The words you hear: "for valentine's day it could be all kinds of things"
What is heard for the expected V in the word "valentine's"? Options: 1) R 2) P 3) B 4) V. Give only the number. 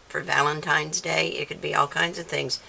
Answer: 4